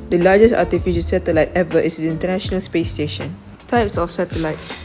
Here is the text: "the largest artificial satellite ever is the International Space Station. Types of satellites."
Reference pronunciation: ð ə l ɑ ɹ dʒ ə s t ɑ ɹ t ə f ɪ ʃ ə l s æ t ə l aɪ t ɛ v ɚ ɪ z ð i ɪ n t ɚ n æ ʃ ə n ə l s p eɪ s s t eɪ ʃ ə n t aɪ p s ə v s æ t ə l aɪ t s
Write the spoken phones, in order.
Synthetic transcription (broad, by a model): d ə l ɑ dʒ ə s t ɑ t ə f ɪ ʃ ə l s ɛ t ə l aɪ t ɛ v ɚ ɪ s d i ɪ n t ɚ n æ ʃ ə n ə l s p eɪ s s t eɪ ʃ ə n t aɪ p s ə f s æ t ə l aɪ t s